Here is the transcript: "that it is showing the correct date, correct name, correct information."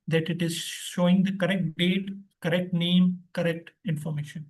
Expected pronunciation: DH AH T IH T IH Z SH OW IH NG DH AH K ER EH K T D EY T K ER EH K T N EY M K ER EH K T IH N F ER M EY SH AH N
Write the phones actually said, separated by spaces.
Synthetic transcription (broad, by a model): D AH T IH T IH Z SH OW IH NG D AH K ER EH K T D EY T K ER EH K T N EY M K ER EH K T IH N F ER M EY SH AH N